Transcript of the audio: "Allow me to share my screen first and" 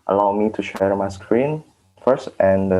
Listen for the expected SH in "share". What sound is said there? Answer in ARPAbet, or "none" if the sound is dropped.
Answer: SH